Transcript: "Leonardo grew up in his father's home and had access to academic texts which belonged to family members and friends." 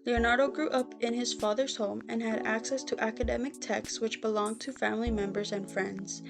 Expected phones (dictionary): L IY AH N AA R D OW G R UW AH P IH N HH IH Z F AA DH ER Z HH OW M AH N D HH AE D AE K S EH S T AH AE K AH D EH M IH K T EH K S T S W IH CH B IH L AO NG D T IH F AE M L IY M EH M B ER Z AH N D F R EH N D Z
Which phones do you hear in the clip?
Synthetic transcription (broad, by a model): L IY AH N AA R D OW G R UW AH P IH N IH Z F AA DH ER Z HH OW M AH N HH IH D AE K S EH S T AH AE K AH D EH M IH K T EH K S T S W IH CH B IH L AO NG T IH F AE M L IY M EH M B ER Z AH N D F R EH N D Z